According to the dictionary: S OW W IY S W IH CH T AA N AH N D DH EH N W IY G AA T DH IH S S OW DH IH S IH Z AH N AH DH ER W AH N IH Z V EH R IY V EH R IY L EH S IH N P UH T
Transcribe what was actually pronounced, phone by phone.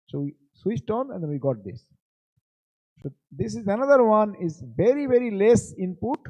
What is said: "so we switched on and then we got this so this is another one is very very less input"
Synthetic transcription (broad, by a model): S OW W IY S W IH CH T AA N AH N D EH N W IY G AA T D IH S S OW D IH S IH Z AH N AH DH ER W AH N IH Z V EH R IY V EH R IY L EH S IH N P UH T